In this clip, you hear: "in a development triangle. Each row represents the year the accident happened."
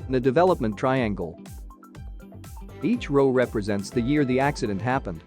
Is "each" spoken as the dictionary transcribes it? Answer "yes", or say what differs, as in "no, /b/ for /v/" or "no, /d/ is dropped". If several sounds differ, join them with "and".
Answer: yes